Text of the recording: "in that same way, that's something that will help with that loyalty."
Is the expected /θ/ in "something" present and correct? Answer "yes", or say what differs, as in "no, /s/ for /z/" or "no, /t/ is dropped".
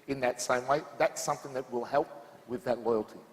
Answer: yes